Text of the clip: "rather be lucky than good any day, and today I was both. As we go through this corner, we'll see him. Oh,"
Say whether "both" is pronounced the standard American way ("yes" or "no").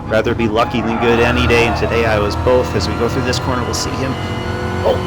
yes